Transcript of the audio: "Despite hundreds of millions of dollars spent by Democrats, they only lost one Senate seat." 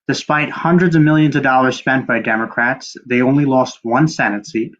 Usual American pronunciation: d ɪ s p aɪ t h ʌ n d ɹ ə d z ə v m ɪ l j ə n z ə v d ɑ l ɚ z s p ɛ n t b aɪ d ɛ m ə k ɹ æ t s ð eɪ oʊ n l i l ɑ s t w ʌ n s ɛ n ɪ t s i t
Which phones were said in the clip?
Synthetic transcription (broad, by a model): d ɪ s p aɪ t h ʌ n d ɹ ə d z ə v m ɪ l j ə n z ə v d ɑ l ɚ z s p ɛ n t b aɪ d ɛ m ə k ɹ æ t s ð eɪ oʊ n l i l ɑ s t w ʌ n s ɛ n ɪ t s i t